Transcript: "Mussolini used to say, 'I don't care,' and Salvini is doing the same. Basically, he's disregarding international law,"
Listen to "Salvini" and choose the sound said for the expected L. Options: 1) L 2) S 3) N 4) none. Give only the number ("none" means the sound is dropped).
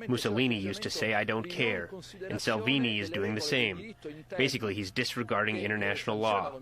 1